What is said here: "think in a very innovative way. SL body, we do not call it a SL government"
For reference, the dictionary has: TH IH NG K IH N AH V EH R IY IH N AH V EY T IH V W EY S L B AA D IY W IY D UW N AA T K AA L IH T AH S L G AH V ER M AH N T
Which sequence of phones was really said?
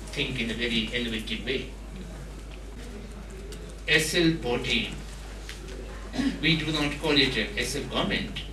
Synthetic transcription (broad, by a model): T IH NG K IH N AH V EH R IY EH L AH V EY T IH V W EY S L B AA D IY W IY D UW N AA T K AA L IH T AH S L G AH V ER M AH N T